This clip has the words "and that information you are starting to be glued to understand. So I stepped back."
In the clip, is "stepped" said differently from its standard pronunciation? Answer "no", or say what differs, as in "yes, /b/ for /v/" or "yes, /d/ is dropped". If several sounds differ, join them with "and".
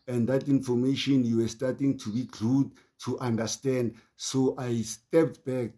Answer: no